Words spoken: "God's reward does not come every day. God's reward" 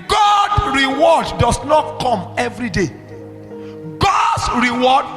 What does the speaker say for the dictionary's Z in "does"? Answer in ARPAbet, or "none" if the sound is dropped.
S